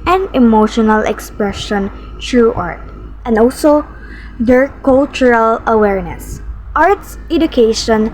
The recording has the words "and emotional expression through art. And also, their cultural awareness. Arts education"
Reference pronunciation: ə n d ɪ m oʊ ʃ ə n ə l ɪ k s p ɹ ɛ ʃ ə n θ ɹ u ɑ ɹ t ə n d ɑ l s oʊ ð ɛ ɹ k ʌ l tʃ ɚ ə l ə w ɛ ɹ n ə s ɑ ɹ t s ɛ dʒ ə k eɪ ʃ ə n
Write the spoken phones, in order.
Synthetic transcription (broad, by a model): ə n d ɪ m oʊ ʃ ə n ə l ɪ k s p ɹ ɛ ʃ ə n t ɹ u ɑ ɹ t ə n d ɑ l s oʊ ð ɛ ɹ k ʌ l tʃ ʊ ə l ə w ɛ ɹ n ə s ɑ ɹ t s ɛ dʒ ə k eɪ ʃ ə n